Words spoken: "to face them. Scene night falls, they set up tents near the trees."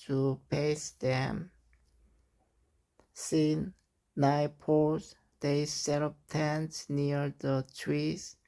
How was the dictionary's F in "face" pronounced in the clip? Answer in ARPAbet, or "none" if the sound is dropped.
P